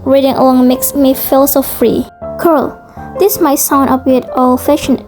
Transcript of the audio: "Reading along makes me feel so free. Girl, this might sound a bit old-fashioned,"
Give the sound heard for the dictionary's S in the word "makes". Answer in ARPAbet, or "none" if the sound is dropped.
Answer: S